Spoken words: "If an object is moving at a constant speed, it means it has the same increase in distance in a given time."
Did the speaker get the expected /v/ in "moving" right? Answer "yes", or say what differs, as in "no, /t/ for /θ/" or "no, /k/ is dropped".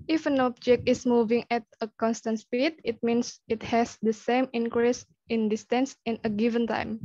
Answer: yes